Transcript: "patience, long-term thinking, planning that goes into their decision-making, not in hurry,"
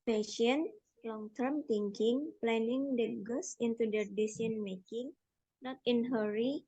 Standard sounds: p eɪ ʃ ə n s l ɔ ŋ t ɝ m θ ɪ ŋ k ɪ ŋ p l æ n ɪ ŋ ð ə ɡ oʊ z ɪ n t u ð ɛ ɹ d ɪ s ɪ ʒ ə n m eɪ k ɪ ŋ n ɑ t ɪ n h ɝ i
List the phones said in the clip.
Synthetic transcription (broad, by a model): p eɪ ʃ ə n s l ɔ ŋ t ɝ m t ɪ ŋ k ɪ ŋ p l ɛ n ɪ ŋ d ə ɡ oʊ s ɪ n t u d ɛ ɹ d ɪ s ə n m eɪ k ɪ ŋ n ɑ t ɪ n h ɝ i